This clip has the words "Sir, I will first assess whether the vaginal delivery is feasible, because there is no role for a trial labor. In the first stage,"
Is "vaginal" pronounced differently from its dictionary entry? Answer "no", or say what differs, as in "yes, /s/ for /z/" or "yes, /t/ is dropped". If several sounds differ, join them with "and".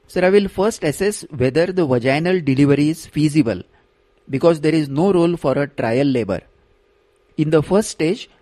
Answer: no